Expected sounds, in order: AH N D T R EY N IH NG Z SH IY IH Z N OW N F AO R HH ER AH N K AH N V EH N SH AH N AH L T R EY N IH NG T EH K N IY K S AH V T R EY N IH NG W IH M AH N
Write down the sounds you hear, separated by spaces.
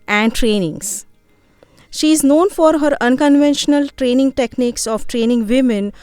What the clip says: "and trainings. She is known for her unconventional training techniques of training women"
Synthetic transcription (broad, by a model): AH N D T R EY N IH NG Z SH IY IH Z N OW N F AO R HH ER AH N K AH N V EH N SH AH N AH L T R EY N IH NG T EH K N IY K S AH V T R EY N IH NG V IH M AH N